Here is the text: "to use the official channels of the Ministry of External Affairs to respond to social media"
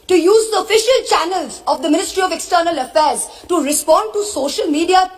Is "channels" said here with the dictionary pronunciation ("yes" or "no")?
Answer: yes